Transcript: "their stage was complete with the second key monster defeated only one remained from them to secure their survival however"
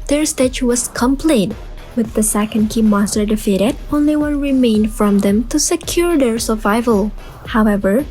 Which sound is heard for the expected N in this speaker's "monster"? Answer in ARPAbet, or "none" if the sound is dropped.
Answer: none